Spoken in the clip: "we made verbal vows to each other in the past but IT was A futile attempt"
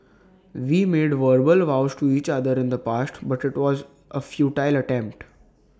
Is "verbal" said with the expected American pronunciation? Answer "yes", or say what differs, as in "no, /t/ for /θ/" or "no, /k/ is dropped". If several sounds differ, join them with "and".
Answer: yes